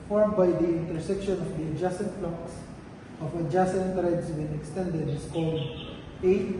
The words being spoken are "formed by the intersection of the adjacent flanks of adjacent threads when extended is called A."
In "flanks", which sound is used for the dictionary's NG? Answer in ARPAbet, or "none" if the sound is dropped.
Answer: none